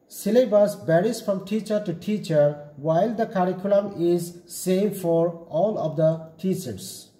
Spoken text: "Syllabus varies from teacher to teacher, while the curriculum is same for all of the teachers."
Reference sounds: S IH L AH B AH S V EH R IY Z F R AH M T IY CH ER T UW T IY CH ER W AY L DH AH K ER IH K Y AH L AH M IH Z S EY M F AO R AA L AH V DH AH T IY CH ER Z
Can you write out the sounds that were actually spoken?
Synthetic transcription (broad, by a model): S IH L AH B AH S B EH R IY S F R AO M T IY CH ER T UW T IY CH ER W AY L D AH K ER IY K Y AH L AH M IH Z S EY M F AO R AA L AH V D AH T IY CH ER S